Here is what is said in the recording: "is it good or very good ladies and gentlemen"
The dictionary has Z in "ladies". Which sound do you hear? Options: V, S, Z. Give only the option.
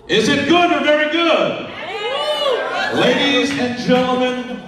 Z